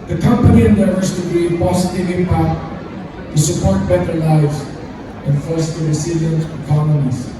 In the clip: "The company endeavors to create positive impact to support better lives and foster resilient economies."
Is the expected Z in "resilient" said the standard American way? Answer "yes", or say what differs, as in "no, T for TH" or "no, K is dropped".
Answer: no, S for Z